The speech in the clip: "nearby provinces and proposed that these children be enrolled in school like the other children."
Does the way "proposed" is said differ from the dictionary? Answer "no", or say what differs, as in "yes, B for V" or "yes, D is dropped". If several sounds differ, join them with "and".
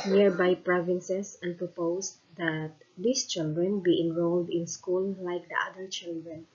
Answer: yes, S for Z